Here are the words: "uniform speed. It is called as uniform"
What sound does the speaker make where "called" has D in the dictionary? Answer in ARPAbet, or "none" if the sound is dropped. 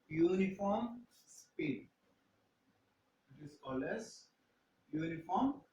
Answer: none